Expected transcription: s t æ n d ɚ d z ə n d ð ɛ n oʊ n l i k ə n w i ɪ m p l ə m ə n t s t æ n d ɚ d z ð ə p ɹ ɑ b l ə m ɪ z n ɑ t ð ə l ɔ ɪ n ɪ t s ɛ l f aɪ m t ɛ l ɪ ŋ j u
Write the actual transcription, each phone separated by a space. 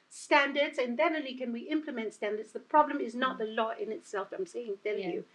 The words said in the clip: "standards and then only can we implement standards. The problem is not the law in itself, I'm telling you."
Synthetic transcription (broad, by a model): s t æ n d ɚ d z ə n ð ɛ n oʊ l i k ə n w i ɪ m p l ə m ə n t s t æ n d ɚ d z ð ə p ɹ ɑ b l ə m ɪ z n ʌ t ð ə l ɔ ɪ n ɪ t s ɛ l f aɪ m s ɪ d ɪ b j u